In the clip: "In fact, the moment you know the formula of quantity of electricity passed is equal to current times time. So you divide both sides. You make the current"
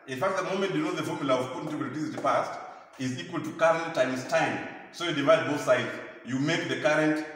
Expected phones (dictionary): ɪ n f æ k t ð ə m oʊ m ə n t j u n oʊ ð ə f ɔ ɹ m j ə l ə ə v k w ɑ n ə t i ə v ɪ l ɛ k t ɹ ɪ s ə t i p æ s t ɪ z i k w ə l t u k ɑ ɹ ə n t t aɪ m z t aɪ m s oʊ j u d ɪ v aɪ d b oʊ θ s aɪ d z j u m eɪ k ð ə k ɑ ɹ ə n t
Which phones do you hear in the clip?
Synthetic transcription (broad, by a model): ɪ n f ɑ k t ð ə m oʊ m ə n t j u n oʊ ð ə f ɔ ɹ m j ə l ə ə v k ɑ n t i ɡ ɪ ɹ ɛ t i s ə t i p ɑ s t ɪ z i k w ə l t u k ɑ ɹ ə n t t aɪ m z t aɪ m s oʊ j u d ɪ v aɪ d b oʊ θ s aɪ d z j u m eɪ k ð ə k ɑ ɹ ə n t